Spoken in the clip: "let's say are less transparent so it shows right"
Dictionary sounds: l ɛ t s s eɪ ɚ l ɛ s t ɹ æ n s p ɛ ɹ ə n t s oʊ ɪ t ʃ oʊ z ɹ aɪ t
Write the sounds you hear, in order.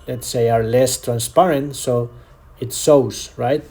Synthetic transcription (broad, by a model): l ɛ t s s eɪ ɚ l ɛ s t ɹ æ n s p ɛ ɹ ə n t s oʊ ɪ t s oʊ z ɹ aɪ t